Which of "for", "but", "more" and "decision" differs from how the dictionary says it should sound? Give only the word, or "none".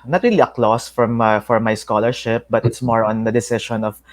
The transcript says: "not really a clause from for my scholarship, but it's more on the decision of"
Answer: decision